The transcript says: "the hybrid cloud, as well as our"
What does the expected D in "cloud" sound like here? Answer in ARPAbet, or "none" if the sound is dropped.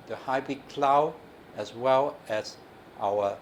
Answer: none